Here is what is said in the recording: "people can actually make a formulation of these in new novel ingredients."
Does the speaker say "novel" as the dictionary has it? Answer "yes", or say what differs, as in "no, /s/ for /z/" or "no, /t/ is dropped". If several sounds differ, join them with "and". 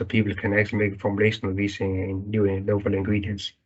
no, /l/ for /n/